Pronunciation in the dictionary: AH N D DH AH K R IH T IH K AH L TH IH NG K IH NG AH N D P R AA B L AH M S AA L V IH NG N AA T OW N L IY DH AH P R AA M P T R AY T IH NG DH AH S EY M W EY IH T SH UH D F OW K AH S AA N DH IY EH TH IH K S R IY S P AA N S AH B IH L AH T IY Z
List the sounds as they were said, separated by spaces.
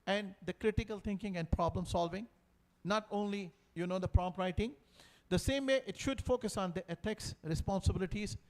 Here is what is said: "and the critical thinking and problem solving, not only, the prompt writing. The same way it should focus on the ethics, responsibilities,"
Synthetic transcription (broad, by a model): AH N D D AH K R IH T IH K AH L T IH NG K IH NG AH N D P R AA B L AH M S AA L V IH NG N AA T OW N L IY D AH P R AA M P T R AY T IH NG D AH S EY M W EY IH T SH UH D F OW K AH S AA N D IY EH T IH K S R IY S P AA N S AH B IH L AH T IY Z